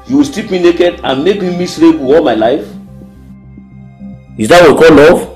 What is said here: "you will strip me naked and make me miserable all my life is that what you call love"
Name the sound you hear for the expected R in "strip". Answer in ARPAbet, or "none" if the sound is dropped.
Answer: none